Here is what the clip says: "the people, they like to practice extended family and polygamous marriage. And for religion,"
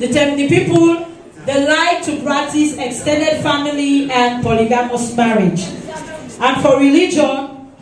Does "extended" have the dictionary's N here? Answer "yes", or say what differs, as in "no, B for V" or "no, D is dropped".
yes